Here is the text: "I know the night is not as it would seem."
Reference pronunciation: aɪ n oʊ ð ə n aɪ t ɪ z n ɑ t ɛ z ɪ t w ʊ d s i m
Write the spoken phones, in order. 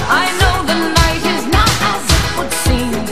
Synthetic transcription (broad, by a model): aɪ n oʊ ð ə n aɪ t ɪ z n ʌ t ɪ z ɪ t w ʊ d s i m